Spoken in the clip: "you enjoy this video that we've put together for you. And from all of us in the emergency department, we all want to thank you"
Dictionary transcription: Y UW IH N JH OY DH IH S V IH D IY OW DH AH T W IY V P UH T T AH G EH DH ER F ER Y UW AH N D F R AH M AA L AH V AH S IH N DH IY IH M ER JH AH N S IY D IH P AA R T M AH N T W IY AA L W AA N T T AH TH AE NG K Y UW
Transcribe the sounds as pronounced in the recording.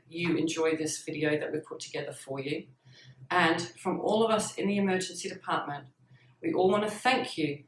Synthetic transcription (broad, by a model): Y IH IH N JH OY DH IH S V IH D IY OW DH AH T W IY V P UH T T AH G EH DH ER F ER Y UW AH N F R AH M AA L AH V AH S IH N DH IY IH M ER JH AH N S IY D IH P AA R T M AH N T W IY AA L W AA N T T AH TH AE NG K Y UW